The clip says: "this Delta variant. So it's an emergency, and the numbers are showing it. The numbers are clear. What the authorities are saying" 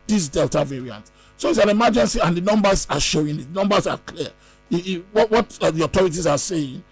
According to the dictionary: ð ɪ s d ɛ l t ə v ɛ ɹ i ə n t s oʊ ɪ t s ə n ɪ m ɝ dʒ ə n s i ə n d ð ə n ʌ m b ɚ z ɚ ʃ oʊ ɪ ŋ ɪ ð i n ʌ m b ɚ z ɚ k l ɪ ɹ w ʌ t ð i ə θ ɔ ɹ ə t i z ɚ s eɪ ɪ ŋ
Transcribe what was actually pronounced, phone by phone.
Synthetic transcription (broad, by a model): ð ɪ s d ɛ l t ə v ɛ ɹ i ə n t s oʊ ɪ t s ə n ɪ m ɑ dʒ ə n s i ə n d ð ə n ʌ m b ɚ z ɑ ʃ oʊ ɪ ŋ ɪ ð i n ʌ m b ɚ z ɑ k l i w w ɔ t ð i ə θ ɔ ɹ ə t i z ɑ s eɪ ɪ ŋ